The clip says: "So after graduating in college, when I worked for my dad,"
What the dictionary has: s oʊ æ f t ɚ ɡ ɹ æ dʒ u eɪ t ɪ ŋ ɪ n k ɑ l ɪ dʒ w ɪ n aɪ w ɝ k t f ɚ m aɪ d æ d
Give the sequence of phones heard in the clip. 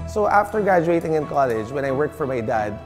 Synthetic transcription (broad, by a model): s oʊ æ f t ɚ ɡ ɹ æ dʒ u eɪ t ɪ ŋ ɪ n k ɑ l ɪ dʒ w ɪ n aɪ w ɝ k t f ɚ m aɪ d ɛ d